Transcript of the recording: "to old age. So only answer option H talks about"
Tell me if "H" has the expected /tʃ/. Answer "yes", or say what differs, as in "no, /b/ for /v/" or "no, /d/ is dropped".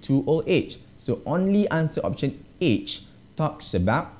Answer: yes